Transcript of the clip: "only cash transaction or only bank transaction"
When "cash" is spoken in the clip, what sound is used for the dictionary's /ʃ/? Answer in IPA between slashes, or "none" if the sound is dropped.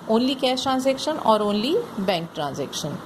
/s/